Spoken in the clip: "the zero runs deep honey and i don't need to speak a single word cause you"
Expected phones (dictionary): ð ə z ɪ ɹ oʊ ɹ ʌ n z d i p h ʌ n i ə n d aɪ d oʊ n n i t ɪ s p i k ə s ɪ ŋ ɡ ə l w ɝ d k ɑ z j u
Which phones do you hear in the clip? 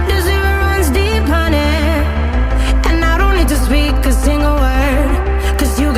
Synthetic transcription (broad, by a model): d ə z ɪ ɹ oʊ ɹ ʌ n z d i p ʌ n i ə n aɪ d oʊ n l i t ɪ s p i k ə s ɪ ŋ ɡ ə l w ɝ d k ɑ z j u